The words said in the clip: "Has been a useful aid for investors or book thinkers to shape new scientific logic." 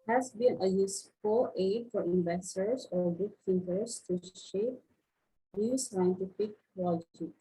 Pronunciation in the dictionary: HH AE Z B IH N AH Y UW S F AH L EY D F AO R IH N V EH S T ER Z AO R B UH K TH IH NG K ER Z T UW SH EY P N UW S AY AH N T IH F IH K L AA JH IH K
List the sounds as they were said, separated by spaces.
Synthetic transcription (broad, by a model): HH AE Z B IH N AH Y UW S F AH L EY D F AO R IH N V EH S T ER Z AO R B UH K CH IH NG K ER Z T UW SH EY P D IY S AY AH N T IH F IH K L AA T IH